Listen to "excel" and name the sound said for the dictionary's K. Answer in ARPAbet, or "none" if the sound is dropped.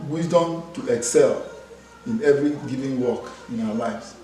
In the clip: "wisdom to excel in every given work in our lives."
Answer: K